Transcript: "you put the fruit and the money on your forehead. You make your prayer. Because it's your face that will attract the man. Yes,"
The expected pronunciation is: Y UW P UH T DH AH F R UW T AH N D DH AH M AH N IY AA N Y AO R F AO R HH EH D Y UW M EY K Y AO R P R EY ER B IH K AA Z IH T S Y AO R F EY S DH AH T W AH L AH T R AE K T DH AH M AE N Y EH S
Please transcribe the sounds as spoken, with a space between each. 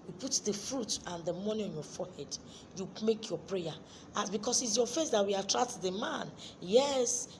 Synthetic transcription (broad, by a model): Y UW P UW T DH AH F R UW T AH N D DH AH M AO N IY AA N Y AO F AO HH EH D Y UW M EY K Y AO P R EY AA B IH K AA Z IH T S Y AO F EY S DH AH T W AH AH T R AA K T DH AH M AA N Y EH S